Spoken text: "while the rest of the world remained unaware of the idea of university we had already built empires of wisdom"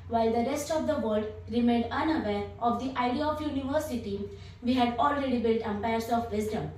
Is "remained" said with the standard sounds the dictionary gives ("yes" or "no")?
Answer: yes